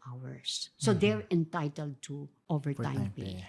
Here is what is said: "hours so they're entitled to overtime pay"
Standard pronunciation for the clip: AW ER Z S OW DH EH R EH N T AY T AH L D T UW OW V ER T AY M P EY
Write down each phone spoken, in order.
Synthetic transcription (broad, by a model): AW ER S OW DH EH R EH N T AY T AH L D T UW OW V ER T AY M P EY